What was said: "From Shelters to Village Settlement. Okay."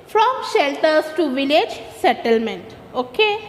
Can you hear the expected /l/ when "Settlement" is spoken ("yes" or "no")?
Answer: yes